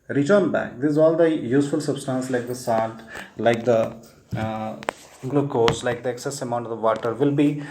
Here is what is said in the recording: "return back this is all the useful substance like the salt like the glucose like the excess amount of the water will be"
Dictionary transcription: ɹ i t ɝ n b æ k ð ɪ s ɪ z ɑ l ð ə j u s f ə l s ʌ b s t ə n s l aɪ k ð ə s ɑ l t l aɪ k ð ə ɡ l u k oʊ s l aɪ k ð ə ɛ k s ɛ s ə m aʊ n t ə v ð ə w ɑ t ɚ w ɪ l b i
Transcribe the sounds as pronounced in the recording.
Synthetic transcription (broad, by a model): ɹ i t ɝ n b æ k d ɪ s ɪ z ɑ l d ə j u s f ə l s ʌ b s t ə n s l aɪ k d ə s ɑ t l aɪ k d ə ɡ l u k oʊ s l aɪ k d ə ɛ k s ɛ s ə m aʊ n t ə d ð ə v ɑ t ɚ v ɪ l b i